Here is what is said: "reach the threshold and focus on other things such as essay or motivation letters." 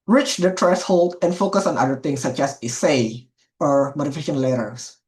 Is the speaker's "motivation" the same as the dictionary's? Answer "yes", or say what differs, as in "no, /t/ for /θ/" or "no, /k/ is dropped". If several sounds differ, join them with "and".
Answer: no, /f/ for /v/